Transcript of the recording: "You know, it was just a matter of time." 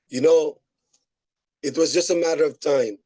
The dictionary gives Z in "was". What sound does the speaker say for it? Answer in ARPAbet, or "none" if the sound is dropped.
Z